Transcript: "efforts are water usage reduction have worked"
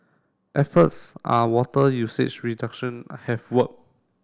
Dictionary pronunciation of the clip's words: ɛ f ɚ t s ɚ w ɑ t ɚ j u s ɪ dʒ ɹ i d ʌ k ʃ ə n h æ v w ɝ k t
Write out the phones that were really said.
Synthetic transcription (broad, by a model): ɛ f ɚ t s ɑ w ɑ t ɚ j u s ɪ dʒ ɹ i d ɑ k ʃ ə n h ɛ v w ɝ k